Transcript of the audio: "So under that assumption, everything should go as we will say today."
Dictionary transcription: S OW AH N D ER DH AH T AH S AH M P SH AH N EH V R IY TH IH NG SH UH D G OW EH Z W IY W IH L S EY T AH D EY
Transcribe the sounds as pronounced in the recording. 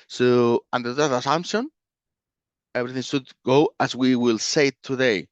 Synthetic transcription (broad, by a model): S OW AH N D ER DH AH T AH S AH M P SH AH N EH V R IY TH IH NG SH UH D G OW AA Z W IY W IH L S EY T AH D EY